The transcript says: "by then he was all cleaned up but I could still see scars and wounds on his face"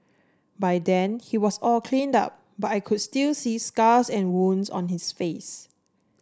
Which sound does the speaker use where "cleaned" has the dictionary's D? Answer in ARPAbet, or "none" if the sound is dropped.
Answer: D